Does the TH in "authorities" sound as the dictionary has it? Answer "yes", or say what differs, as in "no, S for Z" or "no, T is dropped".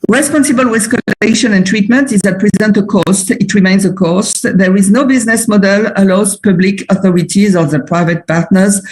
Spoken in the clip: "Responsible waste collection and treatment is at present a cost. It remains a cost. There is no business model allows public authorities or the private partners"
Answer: yes